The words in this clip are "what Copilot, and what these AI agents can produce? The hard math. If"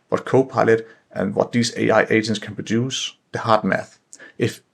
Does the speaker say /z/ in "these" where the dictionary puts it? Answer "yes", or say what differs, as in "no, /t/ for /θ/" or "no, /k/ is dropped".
no, /s/ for /z/